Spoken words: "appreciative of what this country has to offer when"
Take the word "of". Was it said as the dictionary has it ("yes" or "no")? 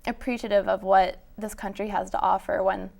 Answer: yes